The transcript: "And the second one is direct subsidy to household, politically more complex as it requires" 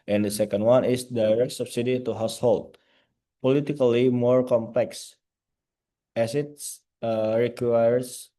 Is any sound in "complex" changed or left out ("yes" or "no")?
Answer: no